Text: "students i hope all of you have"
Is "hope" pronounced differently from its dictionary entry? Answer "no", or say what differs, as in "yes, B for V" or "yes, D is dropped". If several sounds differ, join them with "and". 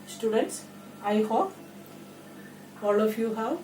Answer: yes, P is dropped